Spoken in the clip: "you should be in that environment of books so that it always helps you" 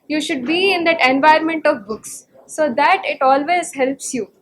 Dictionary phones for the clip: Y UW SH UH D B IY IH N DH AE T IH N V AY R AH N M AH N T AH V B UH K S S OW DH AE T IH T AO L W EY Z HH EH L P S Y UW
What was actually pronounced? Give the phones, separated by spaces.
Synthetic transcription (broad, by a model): Y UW SH UH D B IY IH N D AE T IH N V AY AH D M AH N T AH V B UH K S S OW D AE T IH T AO L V EY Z HH EH L P S Y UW